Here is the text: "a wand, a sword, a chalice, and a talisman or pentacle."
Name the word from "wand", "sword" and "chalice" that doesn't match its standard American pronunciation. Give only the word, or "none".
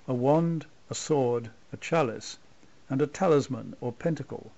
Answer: none